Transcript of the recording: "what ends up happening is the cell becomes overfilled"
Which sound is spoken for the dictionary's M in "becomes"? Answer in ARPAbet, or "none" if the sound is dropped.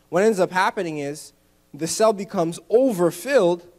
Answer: M